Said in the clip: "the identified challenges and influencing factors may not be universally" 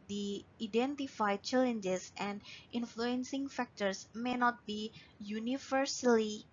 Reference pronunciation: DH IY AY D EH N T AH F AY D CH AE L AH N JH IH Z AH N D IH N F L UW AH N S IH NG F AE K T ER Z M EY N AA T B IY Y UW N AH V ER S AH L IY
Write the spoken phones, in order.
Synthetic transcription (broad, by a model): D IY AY D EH N T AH F AY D CH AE L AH N JH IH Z AH N D IH N F L UW AH N S IH NG F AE K T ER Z M EY N AA T B IY Y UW N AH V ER S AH L IY